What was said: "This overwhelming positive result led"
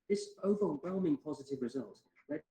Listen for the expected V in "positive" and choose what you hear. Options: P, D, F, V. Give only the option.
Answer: V